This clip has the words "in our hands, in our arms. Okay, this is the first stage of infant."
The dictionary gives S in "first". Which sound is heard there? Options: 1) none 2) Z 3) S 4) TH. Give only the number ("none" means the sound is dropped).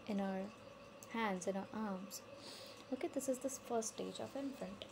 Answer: 1